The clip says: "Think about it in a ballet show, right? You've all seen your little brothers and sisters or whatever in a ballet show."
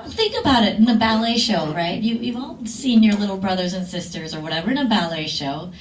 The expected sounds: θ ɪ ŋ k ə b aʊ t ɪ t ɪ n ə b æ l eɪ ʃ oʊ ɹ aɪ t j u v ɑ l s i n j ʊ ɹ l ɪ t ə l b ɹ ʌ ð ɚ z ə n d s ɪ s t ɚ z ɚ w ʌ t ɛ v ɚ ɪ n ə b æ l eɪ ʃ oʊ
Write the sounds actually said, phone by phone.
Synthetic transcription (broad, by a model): θ ɪ ŋ k ə b aʊ t ɪ t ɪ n ə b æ l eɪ ʃ oʊ ɹ aɪ t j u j ɑ l s i n j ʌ ɹ l ɪ t l b ɹ ʌ ð ɚ z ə n s ɪ s t ɚ z ɚ w ʌ t ɛ v ɚ ɪ n ə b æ l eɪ ʃ oʊ